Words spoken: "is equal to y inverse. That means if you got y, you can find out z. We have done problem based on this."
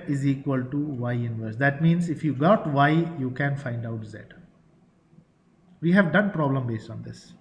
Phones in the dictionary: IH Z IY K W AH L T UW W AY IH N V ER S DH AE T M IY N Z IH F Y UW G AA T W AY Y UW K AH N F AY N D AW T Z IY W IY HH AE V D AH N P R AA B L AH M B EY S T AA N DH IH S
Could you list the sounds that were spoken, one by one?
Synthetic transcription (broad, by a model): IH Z IY K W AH L T UW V AY IH N V ER S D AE T M IY N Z IH F Y UW G AA T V AY Y UW K AH N F AY N D AW T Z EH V IY HH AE V D AH N P R AA B L AH M B EY S T AA N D IH S